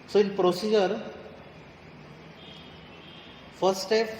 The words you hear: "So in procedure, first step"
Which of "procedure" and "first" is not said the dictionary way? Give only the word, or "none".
first